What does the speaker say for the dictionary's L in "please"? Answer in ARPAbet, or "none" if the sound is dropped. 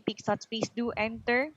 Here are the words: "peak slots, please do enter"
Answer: none